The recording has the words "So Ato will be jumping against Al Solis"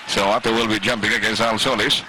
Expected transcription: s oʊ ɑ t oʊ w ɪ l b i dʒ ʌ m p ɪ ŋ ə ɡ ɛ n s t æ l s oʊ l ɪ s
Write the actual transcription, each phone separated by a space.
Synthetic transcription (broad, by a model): s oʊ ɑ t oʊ w ɪ l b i dʒ ʌ m p ɪ ŋ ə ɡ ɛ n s ɑ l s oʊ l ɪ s